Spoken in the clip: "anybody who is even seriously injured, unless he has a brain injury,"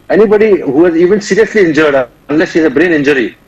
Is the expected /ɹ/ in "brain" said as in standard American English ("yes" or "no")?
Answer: yes